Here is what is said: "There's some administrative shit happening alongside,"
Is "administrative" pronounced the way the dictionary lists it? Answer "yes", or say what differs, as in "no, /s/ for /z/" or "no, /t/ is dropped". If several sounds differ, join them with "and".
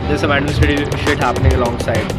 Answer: no, /ɹ/ is dropped